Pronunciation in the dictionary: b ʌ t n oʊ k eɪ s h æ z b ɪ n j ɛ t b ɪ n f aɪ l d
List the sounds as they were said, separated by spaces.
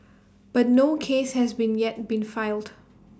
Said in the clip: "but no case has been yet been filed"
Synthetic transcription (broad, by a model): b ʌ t n oʊ k eɪ s h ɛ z b ɪ n j ɛ t b ɪ n f aɪ l d